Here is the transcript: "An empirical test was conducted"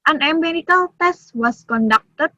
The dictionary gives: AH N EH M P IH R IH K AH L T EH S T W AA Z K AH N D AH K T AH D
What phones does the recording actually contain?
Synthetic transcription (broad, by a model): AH N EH M B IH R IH K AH L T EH S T W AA S K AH N D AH K T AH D